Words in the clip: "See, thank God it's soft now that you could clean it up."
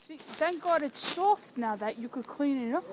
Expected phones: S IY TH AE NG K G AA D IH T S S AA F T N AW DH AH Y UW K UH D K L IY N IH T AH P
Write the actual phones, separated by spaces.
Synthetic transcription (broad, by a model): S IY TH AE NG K G AA D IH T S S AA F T N AW DH AH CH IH K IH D K L IY N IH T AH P